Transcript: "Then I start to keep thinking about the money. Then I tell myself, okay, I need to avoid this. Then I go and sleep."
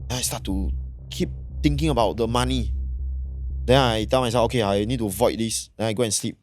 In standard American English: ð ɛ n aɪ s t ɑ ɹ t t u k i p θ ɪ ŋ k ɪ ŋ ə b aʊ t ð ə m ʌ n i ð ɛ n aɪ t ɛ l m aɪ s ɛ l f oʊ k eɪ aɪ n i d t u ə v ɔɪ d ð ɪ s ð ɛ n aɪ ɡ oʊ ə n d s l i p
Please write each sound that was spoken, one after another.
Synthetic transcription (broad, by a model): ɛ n aɪ s t ɑ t t u k i p t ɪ ŋ k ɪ ŋ ə b aʊ t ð ə m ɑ n i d ɛ n aɪ t ɛ l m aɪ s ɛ f oʊ k eɪ aɪ n i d t u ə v ɔɪ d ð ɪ s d ɛ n aɪ ɡ oʊ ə n s l i p